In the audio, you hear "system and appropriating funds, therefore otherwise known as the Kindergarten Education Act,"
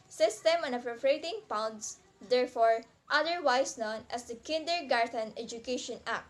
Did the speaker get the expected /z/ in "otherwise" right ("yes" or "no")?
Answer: no